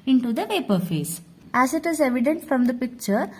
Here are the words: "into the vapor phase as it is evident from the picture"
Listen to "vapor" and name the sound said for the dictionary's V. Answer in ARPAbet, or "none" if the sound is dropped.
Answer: V